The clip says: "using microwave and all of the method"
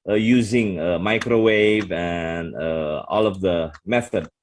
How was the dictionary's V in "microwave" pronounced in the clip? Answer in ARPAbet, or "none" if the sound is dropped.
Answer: V